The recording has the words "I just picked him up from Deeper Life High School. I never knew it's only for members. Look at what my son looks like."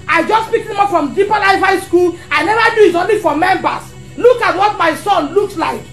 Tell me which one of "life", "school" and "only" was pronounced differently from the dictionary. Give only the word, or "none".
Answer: life